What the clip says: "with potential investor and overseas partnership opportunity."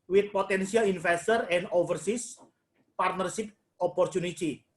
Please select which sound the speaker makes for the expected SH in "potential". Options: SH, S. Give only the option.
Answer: S